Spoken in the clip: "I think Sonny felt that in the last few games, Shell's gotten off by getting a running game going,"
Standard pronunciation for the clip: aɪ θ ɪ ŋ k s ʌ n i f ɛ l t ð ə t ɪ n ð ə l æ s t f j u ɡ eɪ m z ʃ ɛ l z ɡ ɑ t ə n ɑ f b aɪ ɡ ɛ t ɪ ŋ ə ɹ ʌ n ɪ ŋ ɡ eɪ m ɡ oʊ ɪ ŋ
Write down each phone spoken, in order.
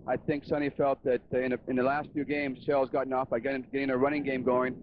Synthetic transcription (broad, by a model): aɪ θ ɪ ŋ k s ʌ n i f ɛ l t ð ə t ɪ n ð ə l æ s t f j u ɡ eɪ m z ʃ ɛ l z ɡ ɑ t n ɑ f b aɪ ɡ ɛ t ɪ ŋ ə ɹ ʌ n ɪ ŋ ɡ eɪ m ɡ oʊ ɪ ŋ